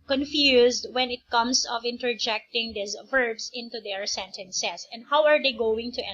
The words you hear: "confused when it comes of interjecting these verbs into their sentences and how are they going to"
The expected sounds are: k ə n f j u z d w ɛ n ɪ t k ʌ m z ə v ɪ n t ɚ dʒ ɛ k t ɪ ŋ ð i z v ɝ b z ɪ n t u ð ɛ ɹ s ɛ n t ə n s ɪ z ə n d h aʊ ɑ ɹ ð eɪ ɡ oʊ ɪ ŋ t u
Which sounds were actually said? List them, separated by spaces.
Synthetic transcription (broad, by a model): k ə n f j u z d w ɛ n ɪ t k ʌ m s ə v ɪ n t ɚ dʒ ɛ k t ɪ ŋ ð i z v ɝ b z ɪ n t u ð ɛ ɹ s ɛ n t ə n s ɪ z ə n d h aʊ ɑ ɹ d eɪ ɡ oʊ ɪ ŋ t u